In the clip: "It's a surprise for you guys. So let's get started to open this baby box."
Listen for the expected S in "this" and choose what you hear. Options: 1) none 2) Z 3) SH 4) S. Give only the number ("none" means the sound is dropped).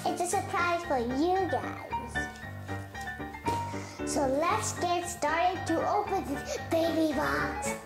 1